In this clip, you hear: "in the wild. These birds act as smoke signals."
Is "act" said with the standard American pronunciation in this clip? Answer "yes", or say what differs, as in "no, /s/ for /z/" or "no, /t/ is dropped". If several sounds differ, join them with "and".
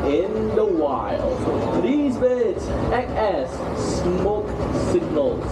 no, /t/ is dropped